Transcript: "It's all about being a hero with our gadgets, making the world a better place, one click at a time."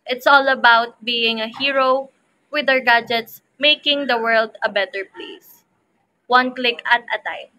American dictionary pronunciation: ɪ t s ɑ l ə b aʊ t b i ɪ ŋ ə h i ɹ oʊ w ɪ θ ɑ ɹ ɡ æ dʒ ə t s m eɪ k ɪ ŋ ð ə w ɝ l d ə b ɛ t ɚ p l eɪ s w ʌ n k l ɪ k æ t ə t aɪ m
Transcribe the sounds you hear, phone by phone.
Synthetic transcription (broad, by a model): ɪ t s ɑ l ə b aʊ t b i ɪ ŋ ə h i ɹ oʊ w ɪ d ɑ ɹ ɡ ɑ dʒ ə t s m eɪ k ɪ ŋ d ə w ɝ l d ə b ɛ t ɚ p l eɪ s w ʌ n k l ɪ k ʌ t ə t aɪ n